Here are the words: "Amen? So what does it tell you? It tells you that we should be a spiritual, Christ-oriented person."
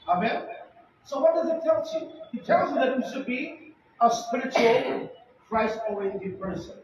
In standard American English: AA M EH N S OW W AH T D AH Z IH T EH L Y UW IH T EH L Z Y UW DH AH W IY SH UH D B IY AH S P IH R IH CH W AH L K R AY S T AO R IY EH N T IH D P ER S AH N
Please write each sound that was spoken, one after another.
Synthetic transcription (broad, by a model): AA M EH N S OW W AH T D AH Z IH T EH L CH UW IH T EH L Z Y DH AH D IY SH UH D B IY AH S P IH R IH CH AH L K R AY S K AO IY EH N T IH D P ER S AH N